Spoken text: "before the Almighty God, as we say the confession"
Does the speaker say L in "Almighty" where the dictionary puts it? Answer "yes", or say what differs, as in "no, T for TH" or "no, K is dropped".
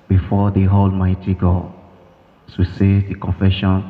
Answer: yes